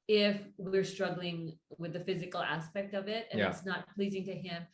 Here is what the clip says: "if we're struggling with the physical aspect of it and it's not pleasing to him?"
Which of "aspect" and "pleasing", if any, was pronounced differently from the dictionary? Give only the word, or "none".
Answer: none